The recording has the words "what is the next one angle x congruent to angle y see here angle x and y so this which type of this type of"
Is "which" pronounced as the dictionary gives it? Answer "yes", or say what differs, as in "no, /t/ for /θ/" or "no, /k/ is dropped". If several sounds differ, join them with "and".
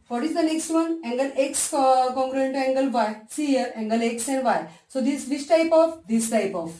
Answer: no, /s/ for /tʃ/